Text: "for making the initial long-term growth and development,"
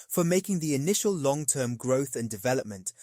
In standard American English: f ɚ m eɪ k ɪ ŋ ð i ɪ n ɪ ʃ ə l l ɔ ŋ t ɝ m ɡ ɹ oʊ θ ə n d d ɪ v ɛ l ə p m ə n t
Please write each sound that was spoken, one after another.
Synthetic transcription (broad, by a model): f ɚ m eɪ k ɪ ŋ ð i ɪ n ɪ ʃ ə l l ɔ ŋ t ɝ m ɡ ɹ oʊ θ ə n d d ɪ v ɛ l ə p m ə n t